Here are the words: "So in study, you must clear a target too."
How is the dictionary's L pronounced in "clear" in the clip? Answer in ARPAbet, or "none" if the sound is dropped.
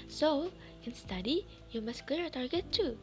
none